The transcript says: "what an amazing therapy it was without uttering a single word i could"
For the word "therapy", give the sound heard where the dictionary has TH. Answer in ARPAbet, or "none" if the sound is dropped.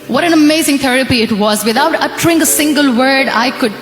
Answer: T